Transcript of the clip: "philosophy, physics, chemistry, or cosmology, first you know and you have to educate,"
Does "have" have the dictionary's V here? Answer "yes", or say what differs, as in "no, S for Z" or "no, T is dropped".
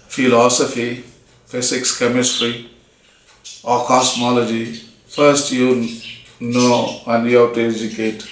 no, W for V